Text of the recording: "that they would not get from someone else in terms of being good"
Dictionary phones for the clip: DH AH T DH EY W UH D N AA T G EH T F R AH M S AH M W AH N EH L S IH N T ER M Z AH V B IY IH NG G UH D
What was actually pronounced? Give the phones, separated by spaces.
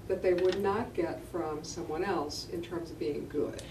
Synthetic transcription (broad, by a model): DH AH T DH EY W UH D N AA T G EH T F R AH M S AH M W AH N EH L S IH N T ER M Z AH V B IY IH NG G UH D